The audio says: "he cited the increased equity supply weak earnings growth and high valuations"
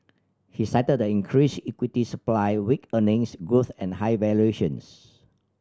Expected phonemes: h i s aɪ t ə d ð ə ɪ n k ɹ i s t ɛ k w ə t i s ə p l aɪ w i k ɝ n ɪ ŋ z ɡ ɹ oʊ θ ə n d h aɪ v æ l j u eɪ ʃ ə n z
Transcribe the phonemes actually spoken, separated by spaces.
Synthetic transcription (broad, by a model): h i s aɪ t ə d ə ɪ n k ɹ i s i k w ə t i s ə p l aɪ w i k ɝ n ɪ ŋ s ɡ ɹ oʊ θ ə n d h aɪ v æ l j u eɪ ʃ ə n s